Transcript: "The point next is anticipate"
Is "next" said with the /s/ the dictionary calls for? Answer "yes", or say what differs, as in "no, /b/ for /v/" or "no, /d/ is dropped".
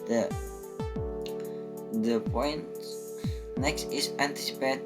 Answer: yes